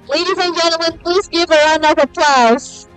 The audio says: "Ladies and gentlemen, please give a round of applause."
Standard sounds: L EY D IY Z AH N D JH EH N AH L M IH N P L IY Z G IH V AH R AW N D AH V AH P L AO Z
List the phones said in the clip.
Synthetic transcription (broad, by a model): L EY D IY Z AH N JH EH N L M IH N P L IY Z G IH V AH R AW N AH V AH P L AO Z